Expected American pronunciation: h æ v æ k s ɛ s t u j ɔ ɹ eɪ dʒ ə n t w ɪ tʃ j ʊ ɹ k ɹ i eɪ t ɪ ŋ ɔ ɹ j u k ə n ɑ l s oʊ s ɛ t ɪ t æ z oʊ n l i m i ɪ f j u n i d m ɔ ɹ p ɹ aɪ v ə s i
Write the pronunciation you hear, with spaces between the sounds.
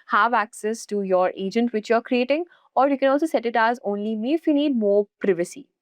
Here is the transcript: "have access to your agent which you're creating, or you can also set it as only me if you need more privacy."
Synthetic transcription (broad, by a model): h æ v æ k s ɛ s t u j ɔ ɹ eɪ dʒ ə n t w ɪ tʃ j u ɹ k ɹ i eɪ t ɪ ŋ ɔ ɹ j u k ə n ɑ l s oʊ s ɛ t ɪ t æ z oʊ n l i m i ɪ f j u n i d m ɔ ɹ p ɹ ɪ v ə s i